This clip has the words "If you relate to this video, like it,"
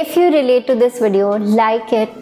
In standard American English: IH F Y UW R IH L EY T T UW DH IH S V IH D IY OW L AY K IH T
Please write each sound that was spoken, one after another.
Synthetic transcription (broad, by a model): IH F Y UW R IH L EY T T UW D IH S V IH D IY OW L AY K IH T